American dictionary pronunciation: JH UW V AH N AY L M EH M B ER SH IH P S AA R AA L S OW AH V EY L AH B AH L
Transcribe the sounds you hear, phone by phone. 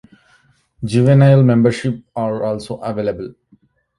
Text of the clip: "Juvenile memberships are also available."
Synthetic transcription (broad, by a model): JH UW V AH N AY L M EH M B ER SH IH P AA R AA L S OW AH V EY L AH B AH L